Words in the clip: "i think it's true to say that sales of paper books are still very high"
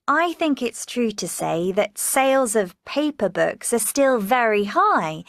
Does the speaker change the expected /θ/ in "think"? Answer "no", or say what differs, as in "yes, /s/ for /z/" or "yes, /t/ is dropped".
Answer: no